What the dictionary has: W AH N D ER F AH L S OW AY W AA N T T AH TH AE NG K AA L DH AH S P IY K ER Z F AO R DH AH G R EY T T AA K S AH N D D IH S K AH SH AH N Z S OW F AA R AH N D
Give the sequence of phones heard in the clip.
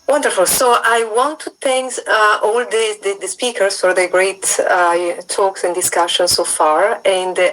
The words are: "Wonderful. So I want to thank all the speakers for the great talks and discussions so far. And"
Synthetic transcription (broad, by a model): W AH N D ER F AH L S OW AY W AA N T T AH S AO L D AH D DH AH S P IY K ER S F AO R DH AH G R EY T T AA K S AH N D D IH S K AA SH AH N S OW F AA R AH N D